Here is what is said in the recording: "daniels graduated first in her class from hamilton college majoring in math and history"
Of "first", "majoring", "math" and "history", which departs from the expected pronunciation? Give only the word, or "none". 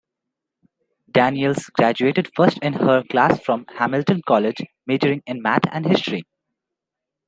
math